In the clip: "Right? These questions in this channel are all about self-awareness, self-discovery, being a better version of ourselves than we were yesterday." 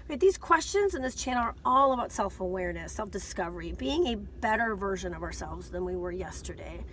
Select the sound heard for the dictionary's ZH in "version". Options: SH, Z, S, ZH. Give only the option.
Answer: ZH